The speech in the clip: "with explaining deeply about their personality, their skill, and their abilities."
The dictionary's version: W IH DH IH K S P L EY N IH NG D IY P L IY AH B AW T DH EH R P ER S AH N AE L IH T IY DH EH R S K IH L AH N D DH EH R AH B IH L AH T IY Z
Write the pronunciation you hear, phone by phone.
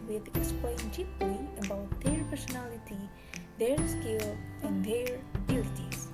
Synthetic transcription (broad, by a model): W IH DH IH K S P L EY IH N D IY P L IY AH B AW T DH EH R P ER S AH N AE L IH T IY DH EH R S K IH L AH N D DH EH R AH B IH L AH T IY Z